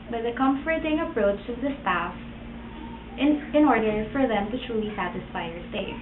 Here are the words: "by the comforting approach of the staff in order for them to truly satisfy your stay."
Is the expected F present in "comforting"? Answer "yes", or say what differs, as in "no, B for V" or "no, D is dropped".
yes